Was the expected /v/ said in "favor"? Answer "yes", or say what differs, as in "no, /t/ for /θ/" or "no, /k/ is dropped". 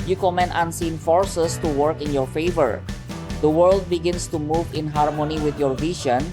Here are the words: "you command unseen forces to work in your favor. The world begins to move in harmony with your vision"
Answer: yes